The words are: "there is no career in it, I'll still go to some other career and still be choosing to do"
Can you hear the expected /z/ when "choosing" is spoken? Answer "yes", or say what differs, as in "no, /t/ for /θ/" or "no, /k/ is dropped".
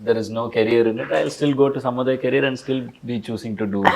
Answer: no, /s/ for /z/